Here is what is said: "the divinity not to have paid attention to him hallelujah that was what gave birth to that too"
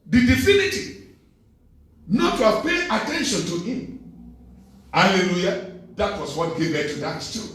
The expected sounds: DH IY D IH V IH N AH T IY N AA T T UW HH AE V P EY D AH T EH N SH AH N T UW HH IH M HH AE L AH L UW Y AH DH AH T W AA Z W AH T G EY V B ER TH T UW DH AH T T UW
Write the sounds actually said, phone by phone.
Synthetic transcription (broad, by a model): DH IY D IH F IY N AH T IY N AA T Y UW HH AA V P EY AH T EH N SH AH N T UW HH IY M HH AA L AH L UW Y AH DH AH T W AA S W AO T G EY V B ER T UW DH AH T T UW